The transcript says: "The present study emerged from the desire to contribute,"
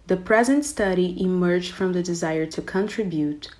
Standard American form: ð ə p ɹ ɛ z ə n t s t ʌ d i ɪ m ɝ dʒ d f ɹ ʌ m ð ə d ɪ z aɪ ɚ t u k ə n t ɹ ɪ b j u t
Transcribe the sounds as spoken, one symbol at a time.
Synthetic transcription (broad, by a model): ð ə p ɹ ɛ z ə n t s t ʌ d i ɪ m ɝ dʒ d f ɹ ʌ m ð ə d ɪ z aɪ ɚ t u k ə n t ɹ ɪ b j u t